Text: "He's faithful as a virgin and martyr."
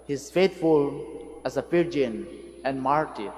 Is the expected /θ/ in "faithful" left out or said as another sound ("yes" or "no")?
yes